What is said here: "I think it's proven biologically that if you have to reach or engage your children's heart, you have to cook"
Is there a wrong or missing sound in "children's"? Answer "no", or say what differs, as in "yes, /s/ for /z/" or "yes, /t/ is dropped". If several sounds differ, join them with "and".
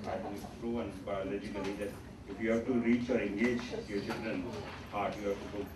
yes, /z/ is dropped